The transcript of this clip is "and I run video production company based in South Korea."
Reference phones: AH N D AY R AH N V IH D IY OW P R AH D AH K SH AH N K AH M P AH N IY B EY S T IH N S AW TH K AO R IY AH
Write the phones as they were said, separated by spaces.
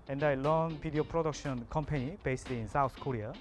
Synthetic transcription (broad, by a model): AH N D AY L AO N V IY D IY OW P R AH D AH K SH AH N K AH M P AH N IY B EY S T IH N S AW T K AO R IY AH